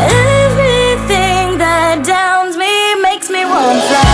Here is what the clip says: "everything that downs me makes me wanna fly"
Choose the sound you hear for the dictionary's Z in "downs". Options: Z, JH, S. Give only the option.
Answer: Z